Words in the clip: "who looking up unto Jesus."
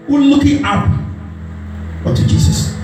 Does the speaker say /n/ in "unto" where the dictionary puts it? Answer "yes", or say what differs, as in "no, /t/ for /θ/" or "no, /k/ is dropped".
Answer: no, /n/ is dropped